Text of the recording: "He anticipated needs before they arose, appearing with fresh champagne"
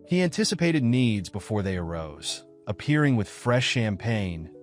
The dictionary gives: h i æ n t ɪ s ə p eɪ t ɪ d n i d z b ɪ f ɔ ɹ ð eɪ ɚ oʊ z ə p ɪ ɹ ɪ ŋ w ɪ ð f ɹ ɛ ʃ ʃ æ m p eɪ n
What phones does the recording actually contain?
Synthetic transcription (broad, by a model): h i æ n t ɪ s ə p eɪ t ɪ d n i d z b ɪ f ɔ ɹ ð eɪ ɚ oʊ z ə p ɪ ɹ ɪ ŋ w ɪ ð f ɹ ɛ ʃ ʃ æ m p eɪ n